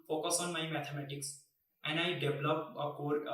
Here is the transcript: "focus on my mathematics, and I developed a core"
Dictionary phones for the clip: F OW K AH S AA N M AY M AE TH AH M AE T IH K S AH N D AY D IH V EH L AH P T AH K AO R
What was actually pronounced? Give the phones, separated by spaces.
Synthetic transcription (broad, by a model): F OW K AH S AA N M AY M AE T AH M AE T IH K S AH N D AY D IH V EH L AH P AH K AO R